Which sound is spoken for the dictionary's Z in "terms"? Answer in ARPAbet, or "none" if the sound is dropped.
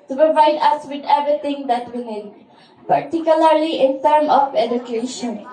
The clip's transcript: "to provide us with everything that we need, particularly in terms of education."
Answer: none